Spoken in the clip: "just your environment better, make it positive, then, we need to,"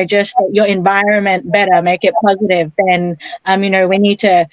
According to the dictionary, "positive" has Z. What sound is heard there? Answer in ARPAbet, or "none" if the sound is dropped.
Z